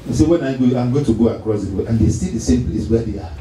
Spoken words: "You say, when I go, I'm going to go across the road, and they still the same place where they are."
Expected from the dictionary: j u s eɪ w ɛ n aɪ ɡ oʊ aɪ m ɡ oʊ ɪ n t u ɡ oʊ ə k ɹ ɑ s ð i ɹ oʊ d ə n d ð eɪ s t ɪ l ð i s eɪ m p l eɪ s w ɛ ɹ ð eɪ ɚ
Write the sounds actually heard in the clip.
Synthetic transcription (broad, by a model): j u s eɪ w ɛ n aɪ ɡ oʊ aɪ m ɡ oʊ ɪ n t u ɡ oʊ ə k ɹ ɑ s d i w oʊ ə n d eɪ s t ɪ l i s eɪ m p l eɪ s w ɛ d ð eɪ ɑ